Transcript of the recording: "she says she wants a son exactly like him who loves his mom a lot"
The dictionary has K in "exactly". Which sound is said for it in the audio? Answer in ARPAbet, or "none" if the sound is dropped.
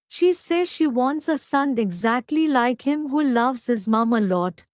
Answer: K